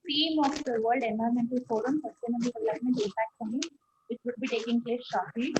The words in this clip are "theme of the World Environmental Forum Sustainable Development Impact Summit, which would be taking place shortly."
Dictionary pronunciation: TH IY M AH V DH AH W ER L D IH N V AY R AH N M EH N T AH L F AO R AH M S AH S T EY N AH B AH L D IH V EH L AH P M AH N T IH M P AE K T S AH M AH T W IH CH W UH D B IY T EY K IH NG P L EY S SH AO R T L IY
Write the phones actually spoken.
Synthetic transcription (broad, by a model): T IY M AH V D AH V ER L D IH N AY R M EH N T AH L F AO R AH M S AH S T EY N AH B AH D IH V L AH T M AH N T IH P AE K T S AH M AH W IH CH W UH D B IY T EY K IH NG P L EY S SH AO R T L IY